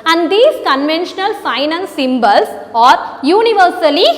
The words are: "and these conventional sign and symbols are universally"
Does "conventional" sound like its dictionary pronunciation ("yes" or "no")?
yes